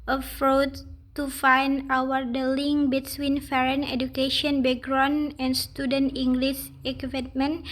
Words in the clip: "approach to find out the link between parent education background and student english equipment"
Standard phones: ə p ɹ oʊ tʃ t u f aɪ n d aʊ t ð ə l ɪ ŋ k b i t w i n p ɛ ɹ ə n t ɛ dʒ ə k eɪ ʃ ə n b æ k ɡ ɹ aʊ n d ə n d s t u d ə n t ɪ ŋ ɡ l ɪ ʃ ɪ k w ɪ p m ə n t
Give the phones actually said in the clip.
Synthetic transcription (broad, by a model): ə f ɹ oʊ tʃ t u f aɪ n d aʊ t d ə l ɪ ŋ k b i t w i n f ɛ ɹ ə n ɛ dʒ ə k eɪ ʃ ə n b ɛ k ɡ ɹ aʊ n ə n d s t u d ə n t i ŋ ɡ l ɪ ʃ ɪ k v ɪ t m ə n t